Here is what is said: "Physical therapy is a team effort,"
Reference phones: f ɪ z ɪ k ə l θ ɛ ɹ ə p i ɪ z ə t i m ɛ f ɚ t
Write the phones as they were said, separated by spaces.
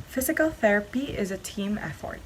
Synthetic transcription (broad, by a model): f ɪ z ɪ k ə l θ ɛ ɹ ə p i ɪ z ə t i m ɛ f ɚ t